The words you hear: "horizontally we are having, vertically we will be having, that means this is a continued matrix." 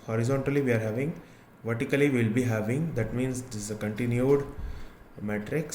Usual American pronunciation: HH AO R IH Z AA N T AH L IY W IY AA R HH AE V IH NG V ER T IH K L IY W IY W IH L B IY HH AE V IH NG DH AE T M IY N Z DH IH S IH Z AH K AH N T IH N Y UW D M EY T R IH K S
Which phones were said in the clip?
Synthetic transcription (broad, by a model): HH AO R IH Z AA N T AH L IY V IY AA R HH AE V IH NG V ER T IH K IY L IY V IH L B IY HH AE V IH NG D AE T M IY N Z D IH S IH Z AH K AH N T IH N Y UW D M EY T R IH K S